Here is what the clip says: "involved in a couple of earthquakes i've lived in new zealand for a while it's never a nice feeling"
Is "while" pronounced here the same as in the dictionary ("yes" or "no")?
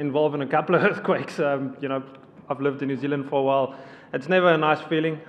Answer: yes